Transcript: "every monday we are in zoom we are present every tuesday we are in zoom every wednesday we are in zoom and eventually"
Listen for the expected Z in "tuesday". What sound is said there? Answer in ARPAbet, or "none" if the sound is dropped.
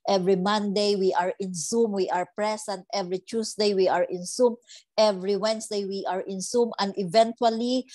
S